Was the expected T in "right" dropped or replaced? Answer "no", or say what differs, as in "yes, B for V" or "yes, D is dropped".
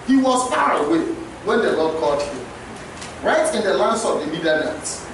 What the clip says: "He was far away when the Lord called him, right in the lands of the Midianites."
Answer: no